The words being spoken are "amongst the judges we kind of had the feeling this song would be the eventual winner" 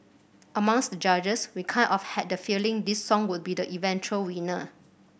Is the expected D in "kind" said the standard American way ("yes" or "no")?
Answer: no